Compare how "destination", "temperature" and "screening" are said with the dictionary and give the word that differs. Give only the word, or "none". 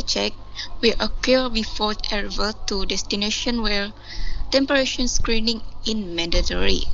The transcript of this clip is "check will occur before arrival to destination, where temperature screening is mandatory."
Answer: temperature